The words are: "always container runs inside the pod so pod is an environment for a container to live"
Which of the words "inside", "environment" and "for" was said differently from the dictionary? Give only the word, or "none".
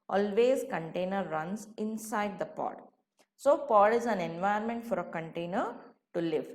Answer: environment